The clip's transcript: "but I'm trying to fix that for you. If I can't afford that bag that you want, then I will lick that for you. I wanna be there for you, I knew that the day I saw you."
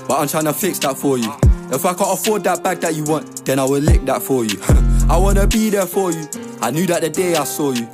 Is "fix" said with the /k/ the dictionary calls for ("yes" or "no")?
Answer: yes